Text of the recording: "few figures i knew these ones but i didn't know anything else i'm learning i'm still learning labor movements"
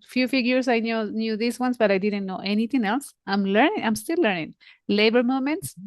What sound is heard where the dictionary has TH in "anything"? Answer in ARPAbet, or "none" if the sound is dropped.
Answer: T